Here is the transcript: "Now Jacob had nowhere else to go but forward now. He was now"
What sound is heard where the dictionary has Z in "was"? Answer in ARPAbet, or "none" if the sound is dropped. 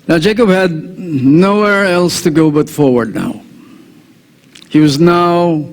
Z